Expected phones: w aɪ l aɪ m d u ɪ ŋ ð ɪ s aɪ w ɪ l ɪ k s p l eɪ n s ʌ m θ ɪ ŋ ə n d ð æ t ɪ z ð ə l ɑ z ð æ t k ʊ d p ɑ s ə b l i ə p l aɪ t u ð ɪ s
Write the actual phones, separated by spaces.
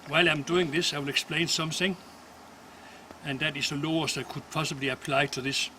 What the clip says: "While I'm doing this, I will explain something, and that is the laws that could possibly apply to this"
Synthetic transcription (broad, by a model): w aɪ l aɪ m d u ɪ ŋ ð ɪ s aɪ w ɪ l ɪ k s p l eɪ n s ʌ m θ ɪ ŋ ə n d ð æ t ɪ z ð ə l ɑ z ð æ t k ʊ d p ɑ s ə b l i ə p l aɪ t u ð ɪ s